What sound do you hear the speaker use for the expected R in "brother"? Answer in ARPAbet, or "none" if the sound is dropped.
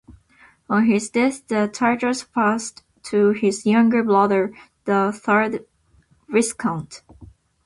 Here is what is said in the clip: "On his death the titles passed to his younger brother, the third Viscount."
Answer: L